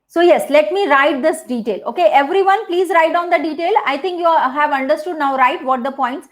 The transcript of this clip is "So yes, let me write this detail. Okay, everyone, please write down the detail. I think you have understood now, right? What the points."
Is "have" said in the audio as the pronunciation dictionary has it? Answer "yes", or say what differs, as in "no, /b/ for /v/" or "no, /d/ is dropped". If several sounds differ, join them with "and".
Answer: yes